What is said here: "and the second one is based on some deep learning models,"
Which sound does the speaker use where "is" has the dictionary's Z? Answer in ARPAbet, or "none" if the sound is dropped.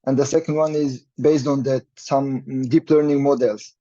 Z